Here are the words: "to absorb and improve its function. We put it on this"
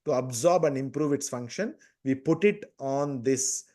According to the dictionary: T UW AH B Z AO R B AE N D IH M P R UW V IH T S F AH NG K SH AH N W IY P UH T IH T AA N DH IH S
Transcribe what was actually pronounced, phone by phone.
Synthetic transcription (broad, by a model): T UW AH B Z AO R B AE N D IH M P R UW V IH T S F AH NG K SH AH N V IY P UH T IH T AA N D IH S